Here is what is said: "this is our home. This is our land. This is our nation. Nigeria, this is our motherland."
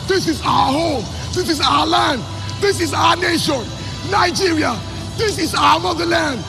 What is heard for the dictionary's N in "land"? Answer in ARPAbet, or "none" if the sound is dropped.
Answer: N